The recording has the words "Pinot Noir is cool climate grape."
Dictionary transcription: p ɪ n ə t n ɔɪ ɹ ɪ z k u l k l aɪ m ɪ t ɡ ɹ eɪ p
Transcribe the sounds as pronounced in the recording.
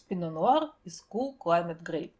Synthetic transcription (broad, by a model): p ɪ n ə n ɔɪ ɹ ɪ s k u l k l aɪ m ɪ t ɡ ɹ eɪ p